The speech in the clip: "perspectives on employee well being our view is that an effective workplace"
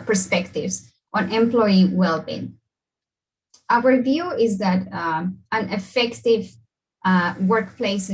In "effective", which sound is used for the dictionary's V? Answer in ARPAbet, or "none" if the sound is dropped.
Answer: V